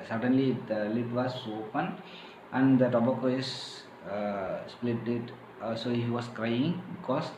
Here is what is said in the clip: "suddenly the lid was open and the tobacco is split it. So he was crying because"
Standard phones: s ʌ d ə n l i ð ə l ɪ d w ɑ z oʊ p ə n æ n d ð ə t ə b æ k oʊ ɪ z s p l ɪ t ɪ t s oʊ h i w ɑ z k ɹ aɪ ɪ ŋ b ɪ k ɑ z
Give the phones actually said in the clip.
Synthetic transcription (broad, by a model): s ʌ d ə n l i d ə l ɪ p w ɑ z oʊ p ə n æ n d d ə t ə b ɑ k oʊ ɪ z s p l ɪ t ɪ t s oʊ h i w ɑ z k ɹ aɪ ɪ ŋ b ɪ k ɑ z